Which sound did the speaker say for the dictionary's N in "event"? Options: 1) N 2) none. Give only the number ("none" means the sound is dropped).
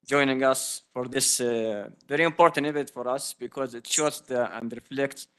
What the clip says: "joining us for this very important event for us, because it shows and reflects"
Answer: 2